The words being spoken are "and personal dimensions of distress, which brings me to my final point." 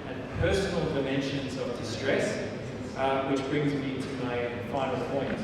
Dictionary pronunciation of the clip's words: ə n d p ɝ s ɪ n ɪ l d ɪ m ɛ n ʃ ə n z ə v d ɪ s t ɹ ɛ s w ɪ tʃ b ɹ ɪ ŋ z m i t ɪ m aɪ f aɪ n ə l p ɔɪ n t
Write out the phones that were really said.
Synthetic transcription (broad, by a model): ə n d p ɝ s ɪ n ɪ l d ɪ m ɛ n ʃ ə n z ə v d ɪ s t ɹ ɛ s w ɪ tʃ b ɹ ɪ ŋ z m i t ɪ m aɪ f aɪ n ə l p ɔɪ n t